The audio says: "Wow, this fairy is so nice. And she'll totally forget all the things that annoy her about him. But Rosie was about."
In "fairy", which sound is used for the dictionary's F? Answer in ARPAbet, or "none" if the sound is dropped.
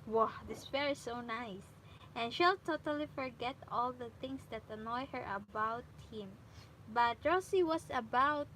P